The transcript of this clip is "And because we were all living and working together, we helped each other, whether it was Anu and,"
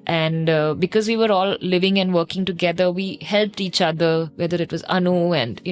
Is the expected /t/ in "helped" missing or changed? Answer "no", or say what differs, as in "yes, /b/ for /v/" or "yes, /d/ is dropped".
no